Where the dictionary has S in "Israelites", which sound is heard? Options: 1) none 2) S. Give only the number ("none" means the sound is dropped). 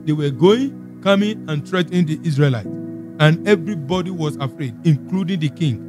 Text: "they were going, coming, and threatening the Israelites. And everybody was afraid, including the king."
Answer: 1